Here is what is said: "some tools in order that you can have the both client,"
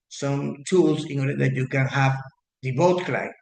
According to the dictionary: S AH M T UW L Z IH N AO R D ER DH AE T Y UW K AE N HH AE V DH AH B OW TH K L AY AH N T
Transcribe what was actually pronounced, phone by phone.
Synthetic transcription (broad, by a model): S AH M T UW L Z IH N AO R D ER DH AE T Y UW K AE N HH AE V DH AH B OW T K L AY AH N